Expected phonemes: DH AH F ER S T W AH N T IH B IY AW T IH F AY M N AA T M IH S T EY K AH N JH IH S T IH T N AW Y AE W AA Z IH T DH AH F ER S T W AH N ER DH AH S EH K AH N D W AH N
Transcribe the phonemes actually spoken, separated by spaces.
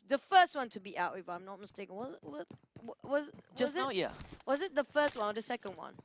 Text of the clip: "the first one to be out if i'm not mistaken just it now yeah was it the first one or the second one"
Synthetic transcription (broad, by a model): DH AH F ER S T W AH N T IH B IY AW T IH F AY M N AA T M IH S T EY K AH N Z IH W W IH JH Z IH Y AE W AA Z IH T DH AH F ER S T W AH N DH AH S EH K AH N D W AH N